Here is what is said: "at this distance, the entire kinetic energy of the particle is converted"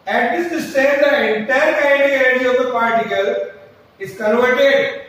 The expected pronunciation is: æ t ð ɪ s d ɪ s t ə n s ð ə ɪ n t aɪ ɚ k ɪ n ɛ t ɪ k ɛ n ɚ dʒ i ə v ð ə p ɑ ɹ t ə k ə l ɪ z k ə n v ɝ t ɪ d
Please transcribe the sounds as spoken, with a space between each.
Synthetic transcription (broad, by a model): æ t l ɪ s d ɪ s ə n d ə ɪ n t aɪ ɚ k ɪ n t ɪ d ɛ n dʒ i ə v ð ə p ɑ ɹ t ə k ə l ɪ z k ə n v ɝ t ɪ d